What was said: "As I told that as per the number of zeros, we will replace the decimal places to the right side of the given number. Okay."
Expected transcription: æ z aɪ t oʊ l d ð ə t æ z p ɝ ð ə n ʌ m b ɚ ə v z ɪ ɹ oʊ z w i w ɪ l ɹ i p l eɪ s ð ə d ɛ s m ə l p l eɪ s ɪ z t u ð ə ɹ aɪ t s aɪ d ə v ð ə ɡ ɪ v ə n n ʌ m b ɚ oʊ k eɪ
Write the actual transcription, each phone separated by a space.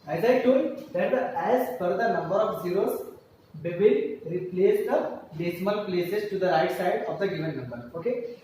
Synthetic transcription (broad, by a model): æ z aɪ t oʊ d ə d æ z f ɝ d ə n ʌ m b ɚ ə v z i ɹ oʊ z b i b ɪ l ɹ i p l eɪ s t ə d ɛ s m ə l p l eɪ s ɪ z t u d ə ɹ aɪ t s aɪ d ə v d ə ɡ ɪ v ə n n ʌ m b ɚ oʊ k eɪ